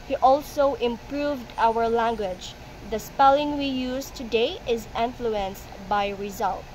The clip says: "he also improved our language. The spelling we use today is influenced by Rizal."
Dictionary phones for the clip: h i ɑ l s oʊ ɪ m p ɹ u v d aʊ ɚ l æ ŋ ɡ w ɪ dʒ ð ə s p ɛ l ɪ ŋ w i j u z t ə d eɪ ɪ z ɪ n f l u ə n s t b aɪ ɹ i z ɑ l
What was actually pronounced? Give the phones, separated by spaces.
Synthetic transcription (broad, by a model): h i ɑ l s oʊ ɪ m p ɹ u v d aʊ ɚ l æ ŋ ɡ w ɪ dʒ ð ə s p ɛ l ɪ ŋ w i j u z t ə d eɪ ɪ z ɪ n f l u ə n s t b aɪ ɹ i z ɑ l